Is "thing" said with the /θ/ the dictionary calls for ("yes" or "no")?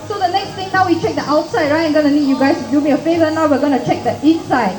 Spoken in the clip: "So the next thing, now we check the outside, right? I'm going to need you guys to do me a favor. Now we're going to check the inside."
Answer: no